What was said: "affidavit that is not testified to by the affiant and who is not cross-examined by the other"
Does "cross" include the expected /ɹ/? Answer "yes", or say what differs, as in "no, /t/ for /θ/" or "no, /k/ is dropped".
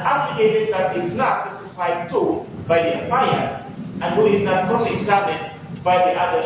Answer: no, /ɹ/ is dropped